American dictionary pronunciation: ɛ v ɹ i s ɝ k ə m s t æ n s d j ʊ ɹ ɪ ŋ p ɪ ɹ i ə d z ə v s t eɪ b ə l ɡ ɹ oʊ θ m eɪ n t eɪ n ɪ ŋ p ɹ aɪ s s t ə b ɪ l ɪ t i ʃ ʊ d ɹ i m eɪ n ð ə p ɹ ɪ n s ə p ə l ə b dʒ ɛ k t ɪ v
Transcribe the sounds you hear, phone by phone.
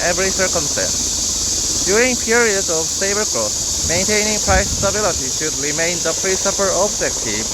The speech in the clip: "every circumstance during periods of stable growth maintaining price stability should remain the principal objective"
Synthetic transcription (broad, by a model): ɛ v ɹ i s ɝ k ə m s t æ n s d j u ɹ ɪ ŋ p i ɹ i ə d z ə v s eɪ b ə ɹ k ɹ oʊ s m eɪ n t eɪ n ɪ ŋ p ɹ aɪ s s t ə b ɪ l ɪ t i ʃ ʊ d ɹ i m eɪ n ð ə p ɹ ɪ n s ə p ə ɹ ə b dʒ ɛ k t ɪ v